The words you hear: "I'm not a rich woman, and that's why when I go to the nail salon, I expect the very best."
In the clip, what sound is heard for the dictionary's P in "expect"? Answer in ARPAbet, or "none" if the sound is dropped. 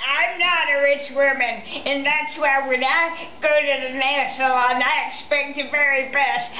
P